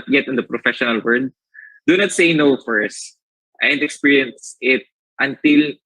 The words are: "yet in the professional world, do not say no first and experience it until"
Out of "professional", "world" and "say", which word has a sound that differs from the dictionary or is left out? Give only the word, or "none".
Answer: world